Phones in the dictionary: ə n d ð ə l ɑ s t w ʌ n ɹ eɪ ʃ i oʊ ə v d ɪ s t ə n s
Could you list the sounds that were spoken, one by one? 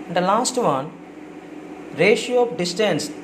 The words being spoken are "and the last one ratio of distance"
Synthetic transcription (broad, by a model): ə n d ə l ɑ s t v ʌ n ɹ eɪ ʃ i oʊ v d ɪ s t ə n s